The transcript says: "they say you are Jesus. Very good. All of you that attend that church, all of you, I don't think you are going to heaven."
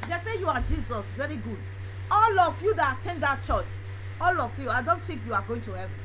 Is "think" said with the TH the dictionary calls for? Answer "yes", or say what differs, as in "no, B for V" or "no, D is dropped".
no, T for TH